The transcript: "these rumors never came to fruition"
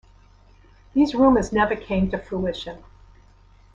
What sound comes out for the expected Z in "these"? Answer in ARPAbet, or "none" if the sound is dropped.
Z